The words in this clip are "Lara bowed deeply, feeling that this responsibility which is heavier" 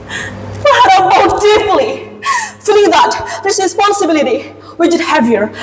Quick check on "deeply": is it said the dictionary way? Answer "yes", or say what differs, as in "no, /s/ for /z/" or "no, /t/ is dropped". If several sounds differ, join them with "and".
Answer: no, /f/ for /p/